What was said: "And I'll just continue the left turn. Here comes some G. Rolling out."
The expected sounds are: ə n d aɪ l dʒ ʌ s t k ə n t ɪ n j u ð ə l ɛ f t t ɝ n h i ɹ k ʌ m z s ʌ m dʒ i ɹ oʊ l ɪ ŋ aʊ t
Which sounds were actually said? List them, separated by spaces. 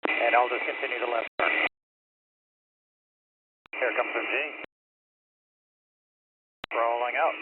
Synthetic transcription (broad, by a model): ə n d aɪ l dʒ ʌ s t k ə n t ɪ n j u ð ə l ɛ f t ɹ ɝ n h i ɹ k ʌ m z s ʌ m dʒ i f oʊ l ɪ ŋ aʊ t